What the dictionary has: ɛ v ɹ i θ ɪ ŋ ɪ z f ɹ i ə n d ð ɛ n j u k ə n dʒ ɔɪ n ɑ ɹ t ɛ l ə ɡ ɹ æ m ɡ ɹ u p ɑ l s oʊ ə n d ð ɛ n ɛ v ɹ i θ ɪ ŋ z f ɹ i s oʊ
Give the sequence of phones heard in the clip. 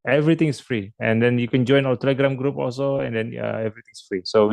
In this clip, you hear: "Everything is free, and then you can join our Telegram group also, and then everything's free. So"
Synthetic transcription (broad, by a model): ɛ v ɹ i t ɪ ŋ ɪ s f ɹ i ə n d ɛ n j u k ə n dʒ ɔɪ n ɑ l t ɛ l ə ɡ ɹ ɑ m ɡ ɹ u p ɑ l s oʊ ə n d ɛ n ɛ v ɹ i t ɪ ŋ s f ɹ i s oʊ